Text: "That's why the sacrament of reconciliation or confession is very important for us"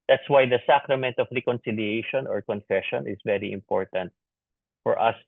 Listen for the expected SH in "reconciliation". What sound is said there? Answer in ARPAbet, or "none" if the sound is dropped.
SH